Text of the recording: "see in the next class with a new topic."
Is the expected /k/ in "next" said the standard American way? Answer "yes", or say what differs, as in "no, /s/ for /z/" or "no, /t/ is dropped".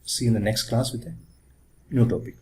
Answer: yes